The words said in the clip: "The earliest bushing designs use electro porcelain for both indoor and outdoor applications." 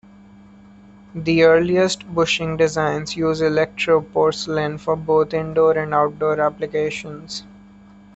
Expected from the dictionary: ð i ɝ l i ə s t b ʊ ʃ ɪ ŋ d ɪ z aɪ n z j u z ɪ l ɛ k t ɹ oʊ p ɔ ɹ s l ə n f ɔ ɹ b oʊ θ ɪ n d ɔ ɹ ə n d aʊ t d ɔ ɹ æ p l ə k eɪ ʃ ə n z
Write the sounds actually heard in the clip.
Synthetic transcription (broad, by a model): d i ɝ l i ə s t b ʊ ʃ ɪ ŋ d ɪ z aɪ n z j u z ɪ l ɛ k t ɹ oʊ p ɔ ɹ s l ə n f ɔ ɹ b oʊ t ɪ n d ɔ ɹ ə n d aʊ t d ɔ ɹ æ p l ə k eɪ ʃ ə n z